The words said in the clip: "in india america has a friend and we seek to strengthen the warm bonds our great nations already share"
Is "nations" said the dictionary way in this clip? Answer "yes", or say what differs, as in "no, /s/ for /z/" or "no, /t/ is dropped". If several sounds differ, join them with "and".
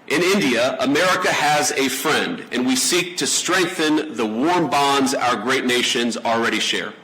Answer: yes